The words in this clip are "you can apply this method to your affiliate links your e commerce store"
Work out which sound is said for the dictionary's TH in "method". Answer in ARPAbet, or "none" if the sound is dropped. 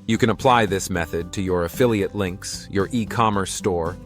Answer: TH